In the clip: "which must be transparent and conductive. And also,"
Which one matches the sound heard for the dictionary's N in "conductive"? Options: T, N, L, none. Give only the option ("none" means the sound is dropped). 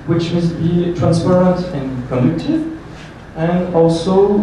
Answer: none